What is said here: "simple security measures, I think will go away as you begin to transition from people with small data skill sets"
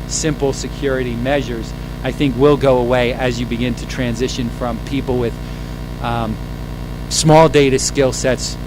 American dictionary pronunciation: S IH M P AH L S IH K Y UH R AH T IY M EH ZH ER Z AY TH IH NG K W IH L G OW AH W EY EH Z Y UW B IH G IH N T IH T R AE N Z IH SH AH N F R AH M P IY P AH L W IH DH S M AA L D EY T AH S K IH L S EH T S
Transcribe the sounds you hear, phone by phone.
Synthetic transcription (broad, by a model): S IH M P L S IH K Y UH R AH T IY M EH ZH ER Z AY TH IH NG K W IH L G OW AH W EY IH Z Y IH B IH G IH N T IH T R AE N Z IH SH AH N F R AH M P IY P L W IH DH S M AA L D EY T AH S K IH L S EH T S